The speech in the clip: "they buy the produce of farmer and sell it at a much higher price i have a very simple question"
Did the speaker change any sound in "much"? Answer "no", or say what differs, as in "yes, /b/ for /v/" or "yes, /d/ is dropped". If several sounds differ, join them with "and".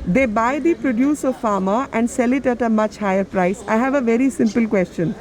no